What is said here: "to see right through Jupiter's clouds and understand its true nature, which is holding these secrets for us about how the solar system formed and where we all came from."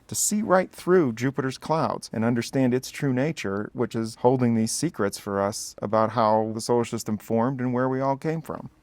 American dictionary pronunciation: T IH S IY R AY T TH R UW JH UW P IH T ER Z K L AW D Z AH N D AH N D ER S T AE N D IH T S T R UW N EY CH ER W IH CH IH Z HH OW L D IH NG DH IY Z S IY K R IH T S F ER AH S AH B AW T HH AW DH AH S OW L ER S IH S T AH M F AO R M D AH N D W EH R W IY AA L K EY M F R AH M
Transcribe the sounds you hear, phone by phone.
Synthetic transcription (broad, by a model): T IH S IY R AY T TH R UW JH UW P IH T ER Z K L AW D Z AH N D AH N D ER S T AE N D IH T S T R UW N EY CH ER W IH CH IH Z HH OW L D IH NG DH IY Z S IY K R IH T S F ER AH S AH B AW T HH AW DH AH S OW UH SH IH S T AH M F AO R M D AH N W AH R W IY AA L K EY M F R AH M